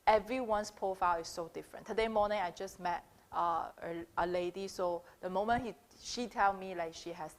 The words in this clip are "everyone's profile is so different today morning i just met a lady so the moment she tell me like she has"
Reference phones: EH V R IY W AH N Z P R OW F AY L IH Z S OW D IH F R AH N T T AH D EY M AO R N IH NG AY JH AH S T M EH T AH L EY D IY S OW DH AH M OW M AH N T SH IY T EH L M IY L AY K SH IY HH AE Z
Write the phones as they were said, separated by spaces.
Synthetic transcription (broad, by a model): EH V R IY W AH N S P OW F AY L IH S OW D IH F R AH N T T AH D EY M AO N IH NG AY JH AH S M EH T AH L EY D IY S OW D AH M OW M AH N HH SH IY T EH L M IY L AY K SH IY HH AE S